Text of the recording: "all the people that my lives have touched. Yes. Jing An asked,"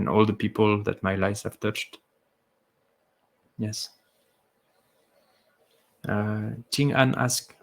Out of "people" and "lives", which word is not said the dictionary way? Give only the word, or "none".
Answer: lives